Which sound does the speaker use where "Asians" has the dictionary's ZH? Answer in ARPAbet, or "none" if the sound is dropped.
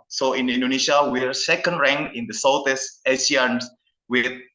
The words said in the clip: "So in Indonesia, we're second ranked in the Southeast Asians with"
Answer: S